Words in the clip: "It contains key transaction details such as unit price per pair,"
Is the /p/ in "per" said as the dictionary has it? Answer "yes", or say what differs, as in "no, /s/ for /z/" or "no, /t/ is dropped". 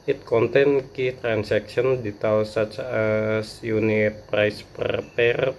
yes